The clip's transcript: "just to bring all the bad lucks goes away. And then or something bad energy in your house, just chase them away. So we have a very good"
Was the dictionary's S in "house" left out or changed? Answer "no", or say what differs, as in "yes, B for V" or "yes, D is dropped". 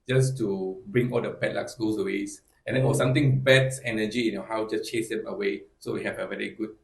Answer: yes, S is dropped